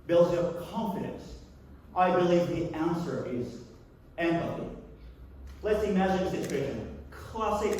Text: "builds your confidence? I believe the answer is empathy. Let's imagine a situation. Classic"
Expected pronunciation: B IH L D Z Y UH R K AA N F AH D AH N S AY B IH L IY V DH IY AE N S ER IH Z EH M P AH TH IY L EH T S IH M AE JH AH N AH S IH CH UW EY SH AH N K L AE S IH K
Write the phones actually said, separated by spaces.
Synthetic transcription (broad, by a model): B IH L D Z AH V K AA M F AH D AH N S AY B IH L IY V DH IY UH N S ER IH Z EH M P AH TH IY L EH T S IH M AE JH AH N AH S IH CH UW EY SH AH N K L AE S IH K